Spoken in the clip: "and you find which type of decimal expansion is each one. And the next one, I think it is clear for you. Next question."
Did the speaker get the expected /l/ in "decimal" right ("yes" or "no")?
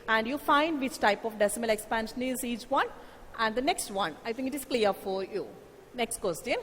yes